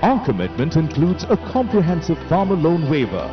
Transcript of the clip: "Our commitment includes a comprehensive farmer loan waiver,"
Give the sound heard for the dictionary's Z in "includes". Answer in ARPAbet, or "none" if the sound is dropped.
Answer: Z